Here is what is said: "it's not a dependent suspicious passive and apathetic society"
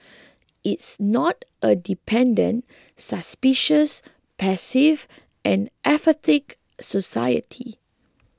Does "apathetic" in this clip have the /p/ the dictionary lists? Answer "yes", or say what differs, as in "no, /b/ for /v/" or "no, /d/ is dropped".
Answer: no, /f/ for /p/